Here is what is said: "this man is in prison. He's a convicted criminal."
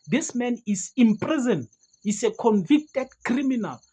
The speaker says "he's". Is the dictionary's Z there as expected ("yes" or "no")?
no